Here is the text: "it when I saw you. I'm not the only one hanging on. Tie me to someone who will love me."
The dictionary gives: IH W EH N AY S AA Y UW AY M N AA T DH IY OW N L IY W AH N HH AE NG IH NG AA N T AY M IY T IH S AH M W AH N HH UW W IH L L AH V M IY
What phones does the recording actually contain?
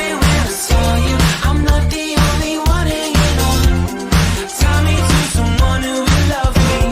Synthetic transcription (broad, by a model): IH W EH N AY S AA Y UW AY M L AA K DH IY OW N L IY W AH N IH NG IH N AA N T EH M IY T IH S AH M W AH N HH UW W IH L L AH V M IY